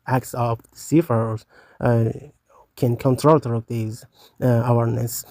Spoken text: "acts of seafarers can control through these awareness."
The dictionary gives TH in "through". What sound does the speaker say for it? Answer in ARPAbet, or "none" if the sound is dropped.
T